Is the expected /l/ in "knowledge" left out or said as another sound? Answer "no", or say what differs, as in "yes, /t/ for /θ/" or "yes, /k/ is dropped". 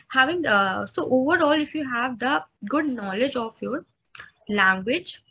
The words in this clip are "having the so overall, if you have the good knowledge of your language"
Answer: no